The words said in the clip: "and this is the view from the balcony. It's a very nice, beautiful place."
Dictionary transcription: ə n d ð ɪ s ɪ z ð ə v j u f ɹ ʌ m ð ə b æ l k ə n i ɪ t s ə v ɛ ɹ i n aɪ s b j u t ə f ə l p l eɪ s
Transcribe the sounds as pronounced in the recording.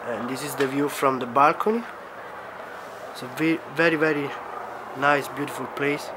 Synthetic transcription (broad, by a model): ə n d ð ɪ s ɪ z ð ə v j u f ɹ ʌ m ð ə b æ l k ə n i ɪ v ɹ ə v ɛ ɹ i n aɪ s b j u t ə f ə l p l eɪ s